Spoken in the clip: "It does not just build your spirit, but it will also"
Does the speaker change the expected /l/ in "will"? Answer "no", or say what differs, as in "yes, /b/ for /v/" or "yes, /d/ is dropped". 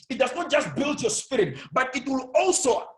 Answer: no